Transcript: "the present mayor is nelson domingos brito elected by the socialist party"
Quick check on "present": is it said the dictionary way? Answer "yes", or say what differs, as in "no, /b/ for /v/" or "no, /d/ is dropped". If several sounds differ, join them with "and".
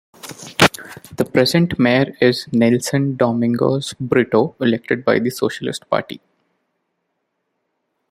yes